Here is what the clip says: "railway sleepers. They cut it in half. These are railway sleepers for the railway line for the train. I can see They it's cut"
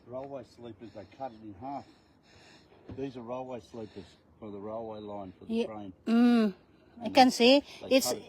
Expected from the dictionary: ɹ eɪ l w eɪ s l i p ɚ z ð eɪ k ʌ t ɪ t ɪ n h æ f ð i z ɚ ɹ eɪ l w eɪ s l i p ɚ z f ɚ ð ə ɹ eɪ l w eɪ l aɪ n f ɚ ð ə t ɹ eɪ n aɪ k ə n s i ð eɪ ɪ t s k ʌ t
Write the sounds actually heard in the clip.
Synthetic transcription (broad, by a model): ɹ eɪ l w eɪ s l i p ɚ z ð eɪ k ʌ t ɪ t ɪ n h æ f ð i z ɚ ɹ eɪ l w eɪ s l i p ɚ z f ɚ ð ə ɹ eɪ l w eɪ l aɪ n f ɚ ə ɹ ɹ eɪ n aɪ k ə n s i ɪ t s